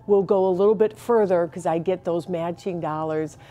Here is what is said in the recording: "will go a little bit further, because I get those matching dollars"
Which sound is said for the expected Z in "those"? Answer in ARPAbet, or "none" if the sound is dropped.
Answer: Z